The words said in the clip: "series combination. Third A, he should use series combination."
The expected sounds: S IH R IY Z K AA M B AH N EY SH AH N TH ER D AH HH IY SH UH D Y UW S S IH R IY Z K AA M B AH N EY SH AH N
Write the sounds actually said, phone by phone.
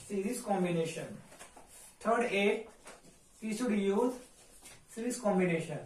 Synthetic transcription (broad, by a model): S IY R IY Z K AA M B AH N EY SH AH N T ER D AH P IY S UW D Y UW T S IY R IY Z K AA M B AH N EY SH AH N